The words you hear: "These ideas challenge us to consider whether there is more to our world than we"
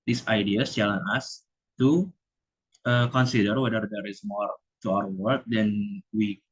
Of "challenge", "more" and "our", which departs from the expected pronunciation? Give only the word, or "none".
challenge